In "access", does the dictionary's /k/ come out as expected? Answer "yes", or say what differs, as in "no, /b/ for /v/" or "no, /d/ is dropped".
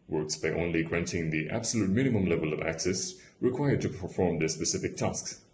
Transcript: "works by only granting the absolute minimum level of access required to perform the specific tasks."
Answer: yes